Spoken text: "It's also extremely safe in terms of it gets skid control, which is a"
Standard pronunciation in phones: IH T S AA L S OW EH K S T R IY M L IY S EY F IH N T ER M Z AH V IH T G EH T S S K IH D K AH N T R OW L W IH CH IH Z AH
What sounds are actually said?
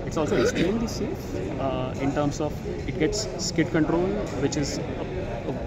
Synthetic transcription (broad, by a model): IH T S AA L S OW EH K S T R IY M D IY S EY IH N T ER M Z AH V IH T G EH T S S K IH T K AH N T R OW L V IH CH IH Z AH